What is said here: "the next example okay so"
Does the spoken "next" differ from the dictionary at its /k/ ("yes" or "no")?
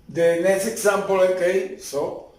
yes